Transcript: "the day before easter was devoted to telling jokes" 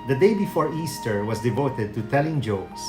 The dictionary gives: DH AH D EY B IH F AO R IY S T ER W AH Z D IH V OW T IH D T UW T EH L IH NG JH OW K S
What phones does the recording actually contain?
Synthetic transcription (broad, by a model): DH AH D EY B IH F AO R IY S T ER W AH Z D IH V OW T IH D T UW T EH L IH NG JH OW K S